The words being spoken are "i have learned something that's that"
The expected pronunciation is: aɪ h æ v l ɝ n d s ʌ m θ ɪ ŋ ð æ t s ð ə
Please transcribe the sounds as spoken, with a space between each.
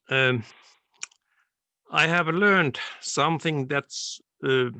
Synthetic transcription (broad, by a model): aɪ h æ v l ɝ n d s ʌ m θ ɪ ŋ ð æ t s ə